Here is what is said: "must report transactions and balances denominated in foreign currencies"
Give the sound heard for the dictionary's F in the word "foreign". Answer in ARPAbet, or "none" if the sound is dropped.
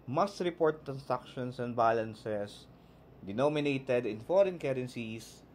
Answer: F